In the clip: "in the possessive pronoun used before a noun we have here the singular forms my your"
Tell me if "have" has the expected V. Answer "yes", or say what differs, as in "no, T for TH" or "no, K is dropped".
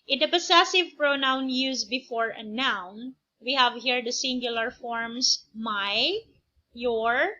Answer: yes